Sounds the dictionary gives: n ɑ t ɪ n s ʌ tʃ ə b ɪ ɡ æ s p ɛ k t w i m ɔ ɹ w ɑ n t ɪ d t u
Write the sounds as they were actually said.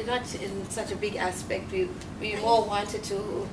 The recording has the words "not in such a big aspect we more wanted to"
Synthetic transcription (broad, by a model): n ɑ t ɪ n s ʌ tʃ ə b ɪ ɡ æ s p ɛ k t w i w ɔ l w ɑ n t ɪ d t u